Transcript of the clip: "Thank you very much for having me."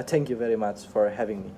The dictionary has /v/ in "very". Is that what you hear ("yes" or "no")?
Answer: yes